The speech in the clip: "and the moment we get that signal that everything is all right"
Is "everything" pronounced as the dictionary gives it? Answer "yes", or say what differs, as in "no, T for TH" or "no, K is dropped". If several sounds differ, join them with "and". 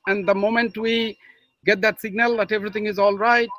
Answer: no, T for TH